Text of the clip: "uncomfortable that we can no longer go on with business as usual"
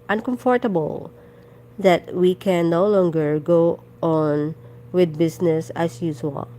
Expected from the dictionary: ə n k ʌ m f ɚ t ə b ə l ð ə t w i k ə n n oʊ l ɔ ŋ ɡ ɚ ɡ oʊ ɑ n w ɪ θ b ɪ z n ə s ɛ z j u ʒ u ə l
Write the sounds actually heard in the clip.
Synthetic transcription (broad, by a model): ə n k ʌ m f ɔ t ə b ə l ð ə t w i k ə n n oʊ l ɔ ŋ ɡ ɚ ɡ oʊ ɑ n w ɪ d b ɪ s n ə s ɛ s j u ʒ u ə l